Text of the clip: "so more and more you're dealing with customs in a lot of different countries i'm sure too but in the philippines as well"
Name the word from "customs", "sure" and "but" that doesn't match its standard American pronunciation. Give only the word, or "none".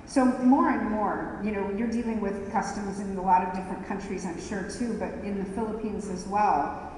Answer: none